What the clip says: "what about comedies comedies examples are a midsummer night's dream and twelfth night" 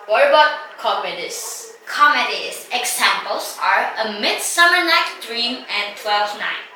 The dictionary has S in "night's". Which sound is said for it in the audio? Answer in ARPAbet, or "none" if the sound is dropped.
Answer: none